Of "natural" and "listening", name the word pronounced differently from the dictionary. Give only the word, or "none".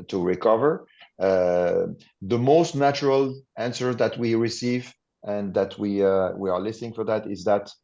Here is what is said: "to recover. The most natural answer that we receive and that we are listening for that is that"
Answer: none